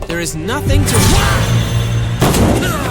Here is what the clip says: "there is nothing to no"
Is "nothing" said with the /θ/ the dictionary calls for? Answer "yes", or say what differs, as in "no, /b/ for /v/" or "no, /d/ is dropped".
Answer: yes